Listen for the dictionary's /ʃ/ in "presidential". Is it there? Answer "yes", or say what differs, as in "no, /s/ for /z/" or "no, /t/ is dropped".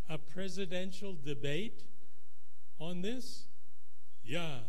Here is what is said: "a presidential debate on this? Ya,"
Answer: yes